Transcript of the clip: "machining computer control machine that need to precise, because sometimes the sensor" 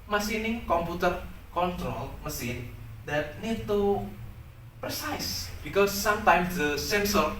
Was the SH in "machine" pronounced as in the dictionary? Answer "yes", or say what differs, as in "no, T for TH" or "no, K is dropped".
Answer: no, S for SH